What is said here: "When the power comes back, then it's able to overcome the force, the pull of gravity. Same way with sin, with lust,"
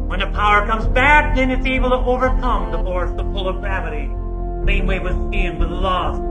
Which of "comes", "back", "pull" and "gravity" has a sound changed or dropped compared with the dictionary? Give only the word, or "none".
pull